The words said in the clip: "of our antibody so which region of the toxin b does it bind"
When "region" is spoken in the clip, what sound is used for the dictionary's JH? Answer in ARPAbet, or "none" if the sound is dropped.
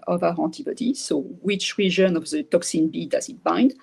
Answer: ZH